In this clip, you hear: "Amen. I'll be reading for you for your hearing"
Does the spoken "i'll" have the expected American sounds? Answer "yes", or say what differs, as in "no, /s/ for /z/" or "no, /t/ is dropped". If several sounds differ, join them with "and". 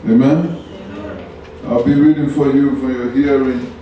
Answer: yes